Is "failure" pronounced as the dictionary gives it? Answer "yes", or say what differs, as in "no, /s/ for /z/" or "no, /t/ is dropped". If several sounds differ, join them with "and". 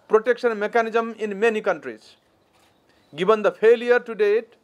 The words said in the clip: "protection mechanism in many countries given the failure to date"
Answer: no, /p/ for /f/